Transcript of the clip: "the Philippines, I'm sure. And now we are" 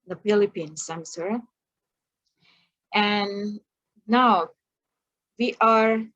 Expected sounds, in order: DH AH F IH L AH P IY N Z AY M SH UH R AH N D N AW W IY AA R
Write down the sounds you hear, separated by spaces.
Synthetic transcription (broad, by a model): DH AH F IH L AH P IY N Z AY M S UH R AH N N AW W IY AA R